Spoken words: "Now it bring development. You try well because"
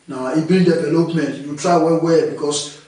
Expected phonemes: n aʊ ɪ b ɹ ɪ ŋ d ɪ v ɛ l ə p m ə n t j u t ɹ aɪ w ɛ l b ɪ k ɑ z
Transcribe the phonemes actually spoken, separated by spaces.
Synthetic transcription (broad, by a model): n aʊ ɪ b ɪ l d ɪ v ɛ l ə p m ə n t j u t ɹ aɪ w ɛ w b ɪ k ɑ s